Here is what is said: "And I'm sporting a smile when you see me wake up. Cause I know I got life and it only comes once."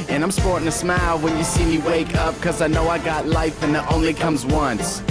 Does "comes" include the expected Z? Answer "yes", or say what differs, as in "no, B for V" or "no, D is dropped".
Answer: yes